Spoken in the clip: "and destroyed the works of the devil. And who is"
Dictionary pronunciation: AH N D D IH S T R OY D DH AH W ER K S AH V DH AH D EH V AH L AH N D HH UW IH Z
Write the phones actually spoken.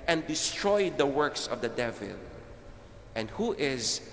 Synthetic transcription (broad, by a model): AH N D D IH S T R OY D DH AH W ER K S AH V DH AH D EH V AH L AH N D HH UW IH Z